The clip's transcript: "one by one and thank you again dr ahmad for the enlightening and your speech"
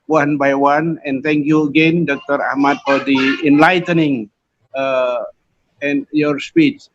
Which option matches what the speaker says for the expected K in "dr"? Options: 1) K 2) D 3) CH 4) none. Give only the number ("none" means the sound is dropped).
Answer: 1